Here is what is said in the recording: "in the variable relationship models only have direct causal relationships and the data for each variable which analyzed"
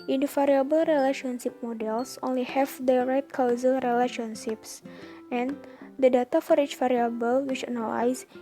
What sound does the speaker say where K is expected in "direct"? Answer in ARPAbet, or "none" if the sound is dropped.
none